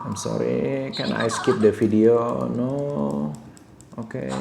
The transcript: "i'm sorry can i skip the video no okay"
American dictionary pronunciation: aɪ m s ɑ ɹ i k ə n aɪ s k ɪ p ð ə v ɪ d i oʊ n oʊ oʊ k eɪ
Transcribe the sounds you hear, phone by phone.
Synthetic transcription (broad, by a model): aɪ m s ɑ ɹ i k ə n aɪ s k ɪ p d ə f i d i oʊ n oʊ oʊ k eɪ